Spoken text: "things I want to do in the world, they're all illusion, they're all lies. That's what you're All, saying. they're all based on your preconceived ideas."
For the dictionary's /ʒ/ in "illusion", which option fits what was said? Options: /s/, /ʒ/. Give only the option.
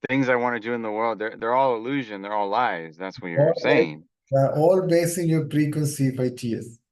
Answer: /ʒ/